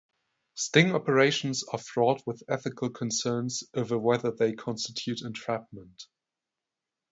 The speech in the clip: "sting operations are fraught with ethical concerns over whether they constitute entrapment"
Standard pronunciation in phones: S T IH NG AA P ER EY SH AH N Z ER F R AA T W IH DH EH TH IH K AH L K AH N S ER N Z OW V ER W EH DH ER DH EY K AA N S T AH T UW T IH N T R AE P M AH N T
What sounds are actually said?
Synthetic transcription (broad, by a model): S T IH NG AA P ER EY SH AH N Z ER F R AA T W IH DH EH TH IH K AH L K AH N S ER N Z OW V ER W EH DH ER DH EY K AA N S T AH T UW T IH N T R AE P M AH N T